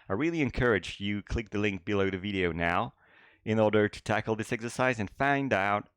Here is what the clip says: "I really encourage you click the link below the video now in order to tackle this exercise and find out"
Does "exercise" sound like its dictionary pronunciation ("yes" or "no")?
yes